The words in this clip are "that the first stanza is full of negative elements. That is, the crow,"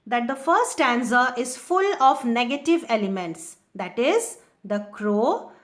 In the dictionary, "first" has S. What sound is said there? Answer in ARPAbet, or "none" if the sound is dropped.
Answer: none